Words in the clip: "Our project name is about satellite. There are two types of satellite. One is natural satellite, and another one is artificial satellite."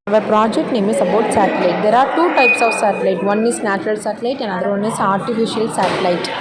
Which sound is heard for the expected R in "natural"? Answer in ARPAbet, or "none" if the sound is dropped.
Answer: R